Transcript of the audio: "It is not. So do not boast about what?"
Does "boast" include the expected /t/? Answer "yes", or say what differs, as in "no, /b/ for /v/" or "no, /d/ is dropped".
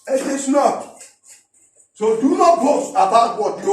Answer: no, /t/ is dropped